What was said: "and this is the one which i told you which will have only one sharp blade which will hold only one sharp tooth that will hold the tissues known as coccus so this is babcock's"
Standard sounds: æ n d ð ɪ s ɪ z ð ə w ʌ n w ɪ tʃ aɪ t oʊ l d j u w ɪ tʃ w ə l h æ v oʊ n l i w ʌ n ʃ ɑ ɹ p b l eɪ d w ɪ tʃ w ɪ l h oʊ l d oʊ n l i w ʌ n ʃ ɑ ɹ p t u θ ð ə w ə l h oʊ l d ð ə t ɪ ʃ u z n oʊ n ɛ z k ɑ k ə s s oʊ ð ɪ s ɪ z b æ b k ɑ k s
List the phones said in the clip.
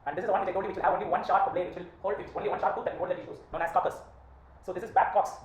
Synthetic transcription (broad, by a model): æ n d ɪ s ɪ z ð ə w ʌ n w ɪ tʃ aɪ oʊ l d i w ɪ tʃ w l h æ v oʊ n l i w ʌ n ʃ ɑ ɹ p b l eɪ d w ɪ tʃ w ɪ l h oʊ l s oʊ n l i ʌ n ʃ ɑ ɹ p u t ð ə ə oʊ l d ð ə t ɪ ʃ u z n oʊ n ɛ s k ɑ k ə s s oʊ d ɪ s ɪ z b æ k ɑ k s